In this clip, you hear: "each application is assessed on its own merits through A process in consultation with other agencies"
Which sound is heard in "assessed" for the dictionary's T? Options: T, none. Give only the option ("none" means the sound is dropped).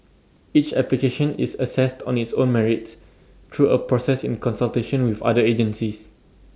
T